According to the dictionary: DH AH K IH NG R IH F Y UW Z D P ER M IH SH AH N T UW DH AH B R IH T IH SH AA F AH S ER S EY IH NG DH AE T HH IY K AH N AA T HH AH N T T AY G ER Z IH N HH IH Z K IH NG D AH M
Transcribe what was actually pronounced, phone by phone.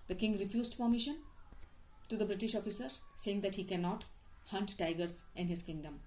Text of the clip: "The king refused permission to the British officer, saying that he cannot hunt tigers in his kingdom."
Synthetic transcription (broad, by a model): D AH K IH NG R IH F Y UW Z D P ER M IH SH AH N T UW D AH B R IH T IH SH AA F AH S ER S EY IH NG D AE T HH IY K AH N AA T HH AH N T T AY G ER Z IH N HH IH Z K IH NG D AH M